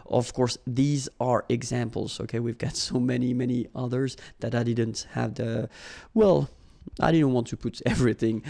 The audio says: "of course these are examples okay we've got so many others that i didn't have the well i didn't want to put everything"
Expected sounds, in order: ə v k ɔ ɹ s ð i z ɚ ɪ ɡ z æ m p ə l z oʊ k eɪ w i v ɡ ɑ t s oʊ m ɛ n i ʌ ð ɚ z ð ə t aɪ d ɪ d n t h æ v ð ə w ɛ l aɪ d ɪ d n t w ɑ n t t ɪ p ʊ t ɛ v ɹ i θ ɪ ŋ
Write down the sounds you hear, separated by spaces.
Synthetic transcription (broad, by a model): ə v k ɔ ɹ s ð i z ɚ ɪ ɡ z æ m p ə l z oʊ k eɪ w i v ɡ ɑ t s oʊ m ɛ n i ʌ ð ɚ z ð ə t aɪ d ɪ d n t h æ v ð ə w ɛ l aɪ d ɪ d n t w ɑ n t t ɪ p ʊ t ɛ v ɹ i θ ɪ ŋ